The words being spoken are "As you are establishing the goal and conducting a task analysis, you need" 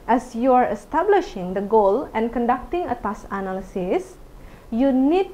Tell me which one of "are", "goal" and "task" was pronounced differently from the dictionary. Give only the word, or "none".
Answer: task